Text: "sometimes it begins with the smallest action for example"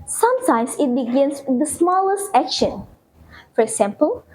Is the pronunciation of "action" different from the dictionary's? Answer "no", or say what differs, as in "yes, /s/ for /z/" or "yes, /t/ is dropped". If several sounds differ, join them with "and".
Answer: no